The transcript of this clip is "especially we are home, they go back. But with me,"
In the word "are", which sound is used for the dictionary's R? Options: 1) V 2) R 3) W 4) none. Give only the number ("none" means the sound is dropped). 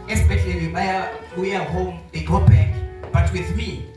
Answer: 3